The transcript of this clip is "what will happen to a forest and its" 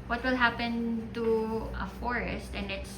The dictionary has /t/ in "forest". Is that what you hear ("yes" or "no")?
yes